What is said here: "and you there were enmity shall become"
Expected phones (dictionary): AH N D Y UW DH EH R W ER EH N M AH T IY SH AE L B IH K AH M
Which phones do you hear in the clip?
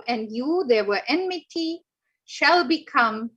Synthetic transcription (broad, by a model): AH N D Y UW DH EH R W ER EH N M AH T IY SH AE L B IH K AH M